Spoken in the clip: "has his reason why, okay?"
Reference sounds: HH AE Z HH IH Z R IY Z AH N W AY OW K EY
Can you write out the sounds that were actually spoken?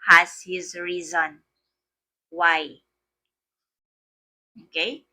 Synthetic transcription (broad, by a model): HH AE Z HH IH Z R IY Z AH N W AY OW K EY